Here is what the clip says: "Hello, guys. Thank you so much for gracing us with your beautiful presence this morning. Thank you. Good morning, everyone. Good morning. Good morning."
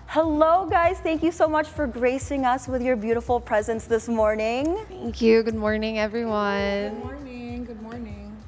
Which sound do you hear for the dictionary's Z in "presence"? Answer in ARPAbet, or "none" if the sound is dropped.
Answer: Z